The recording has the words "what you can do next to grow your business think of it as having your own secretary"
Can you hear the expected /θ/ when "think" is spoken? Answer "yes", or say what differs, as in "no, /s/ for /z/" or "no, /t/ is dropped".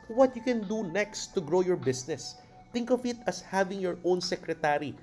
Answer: no, /t/ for /θ/